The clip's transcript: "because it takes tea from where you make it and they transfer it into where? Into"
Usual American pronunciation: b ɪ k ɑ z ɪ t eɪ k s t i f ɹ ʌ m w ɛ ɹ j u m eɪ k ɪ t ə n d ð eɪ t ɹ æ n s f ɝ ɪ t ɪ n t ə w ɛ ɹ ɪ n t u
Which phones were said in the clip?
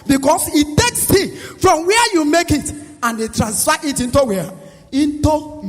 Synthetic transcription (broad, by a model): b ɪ k ɑ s ɪ t eɪ k s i f ɹ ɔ m w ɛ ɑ j u m eɪ k ɪ t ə n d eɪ t ɹ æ n s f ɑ ɪ t ɪ n t ə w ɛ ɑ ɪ n t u